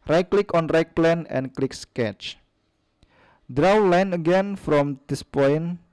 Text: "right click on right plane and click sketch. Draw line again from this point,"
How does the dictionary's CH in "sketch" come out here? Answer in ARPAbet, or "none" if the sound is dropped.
CH